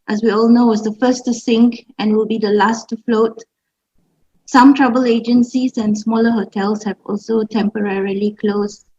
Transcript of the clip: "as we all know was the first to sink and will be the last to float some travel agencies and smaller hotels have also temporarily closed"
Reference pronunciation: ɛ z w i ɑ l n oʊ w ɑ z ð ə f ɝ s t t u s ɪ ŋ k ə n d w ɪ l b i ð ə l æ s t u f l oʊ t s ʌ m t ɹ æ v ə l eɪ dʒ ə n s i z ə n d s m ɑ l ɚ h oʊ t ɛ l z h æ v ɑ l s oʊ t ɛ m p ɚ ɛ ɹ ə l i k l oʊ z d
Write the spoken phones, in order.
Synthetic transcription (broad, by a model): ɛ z w i ɑ l n oʊ w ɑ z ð ə f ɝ s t t u s ɪ ŋ k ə n w ɪ l b i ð ə l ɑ s t u f l oʊ t s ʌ m t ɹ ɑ b ə l eɪ dʒ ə n s i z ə n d s m ɑ l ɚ h oʊ t ɛ l s h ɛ v ɑ l s oʊ t ɛ m p ɚ ɛ ɹ ə l i k l oʊ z